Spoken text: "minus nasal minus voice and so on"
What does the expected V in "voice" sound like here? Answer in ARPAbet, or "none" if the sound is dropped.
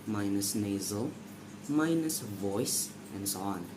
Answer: V